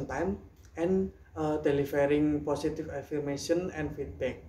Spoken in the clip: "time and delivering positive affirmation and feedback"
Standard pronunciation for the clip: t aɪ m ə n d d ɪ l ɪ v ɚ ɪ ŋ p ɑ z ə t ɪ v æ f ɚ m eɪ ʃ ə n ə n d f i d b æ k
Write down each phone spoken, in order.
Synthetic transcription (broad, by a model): t aɪ m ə n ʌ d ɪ l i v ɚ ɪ ŋ p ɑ s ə t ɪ f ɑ f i m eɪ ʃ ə n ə n f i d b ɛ k